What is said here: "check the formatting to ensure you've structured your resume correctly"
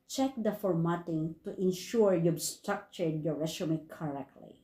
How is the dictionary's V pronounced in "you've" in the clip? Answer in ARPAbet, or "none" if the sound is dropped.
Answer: B